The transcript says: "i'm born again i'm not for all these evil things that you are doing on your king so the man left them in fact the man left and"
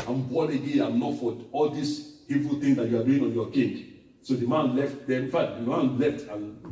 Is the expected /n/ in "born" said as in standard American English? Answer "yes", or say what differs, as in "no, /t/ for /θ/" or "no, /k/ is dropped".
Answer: no, /n/ is dropped